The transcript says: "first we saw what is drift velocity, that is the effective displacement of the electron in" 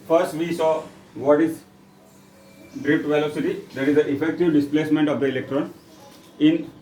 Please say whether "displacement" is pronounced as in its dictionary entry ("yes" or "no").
yes